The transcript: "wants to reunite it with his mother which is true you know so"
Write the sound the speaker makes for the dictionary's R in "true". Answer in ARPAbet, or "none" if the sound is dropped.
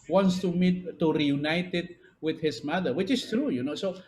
R